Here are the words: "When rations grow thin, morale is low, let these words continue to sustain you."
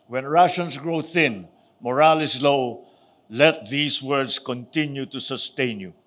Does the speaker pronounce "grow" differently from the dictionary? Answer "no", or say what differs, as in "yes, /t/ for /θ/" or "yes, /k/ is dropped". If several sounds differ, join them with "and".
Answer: no